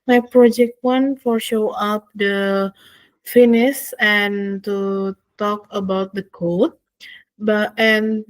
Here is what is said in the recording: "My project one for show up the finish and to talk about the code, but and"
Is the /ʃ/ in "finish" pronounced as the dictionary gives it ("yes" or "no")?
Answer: no